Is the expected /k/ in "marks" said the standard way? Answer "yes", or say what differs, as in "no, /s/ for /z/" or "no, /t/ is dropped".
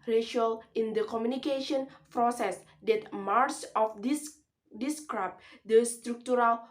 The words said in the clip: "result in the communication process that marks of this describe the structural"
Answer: no, /k/ is dropped